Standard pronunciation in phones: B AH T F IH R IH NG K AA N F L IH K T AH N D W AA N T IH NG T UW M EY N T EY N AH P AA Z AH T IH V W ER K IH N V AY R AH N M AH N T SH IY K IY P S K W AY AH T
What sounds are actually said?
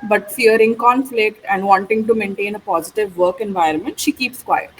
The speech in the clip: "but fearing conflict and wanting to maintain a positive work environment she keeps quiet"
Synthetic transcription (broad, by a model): B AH T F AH R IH NG K AA N F L IH K T AH N D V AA N T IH NG T UW M EY N T EY N AH P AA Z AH T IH V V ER K IH N V AY R AH N M AH N T SH IY K IY P S K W AY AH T